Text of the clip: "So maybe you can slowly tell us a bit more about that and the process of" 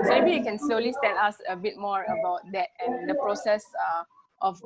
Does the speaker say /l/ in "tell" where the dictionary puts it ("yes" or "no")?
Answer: no